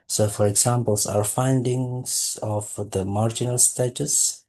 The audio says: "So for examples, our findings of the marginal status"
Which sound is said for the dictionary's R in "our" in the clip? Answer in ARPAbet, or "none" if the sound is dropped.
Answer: R